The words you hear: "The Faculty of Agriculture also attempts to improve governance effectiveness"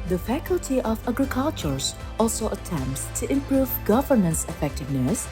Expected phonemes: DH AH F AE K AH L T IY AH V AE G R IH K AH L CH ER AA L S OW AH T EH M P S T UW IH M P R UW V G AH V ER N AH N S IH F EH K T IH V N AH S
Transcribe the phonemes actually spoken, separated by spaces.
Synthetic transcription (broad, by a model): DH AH F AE K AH L T IY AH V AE G R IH K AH L CH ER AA L S OW AH T EH M P S T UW IH M P R UW V G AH V ER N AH N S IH F EH K T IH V N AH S